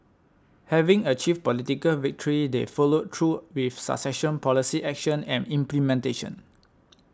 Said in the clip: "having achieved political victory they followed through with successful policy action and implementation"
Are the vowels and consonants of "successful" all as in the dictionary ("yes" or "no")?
no